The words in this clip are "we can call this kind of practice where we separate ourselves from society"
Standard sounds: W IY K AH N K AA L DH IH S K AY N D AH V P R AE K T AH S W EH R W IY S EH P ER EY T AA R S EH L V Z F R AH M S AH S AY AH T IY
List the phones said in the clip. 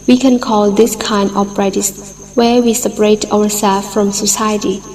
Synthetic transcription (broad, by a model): W IY K AH N K AA L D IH S K AY N D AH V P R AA T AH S W EH R W IY S EH P ER EY T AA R S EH L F R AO M S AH S AY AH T IY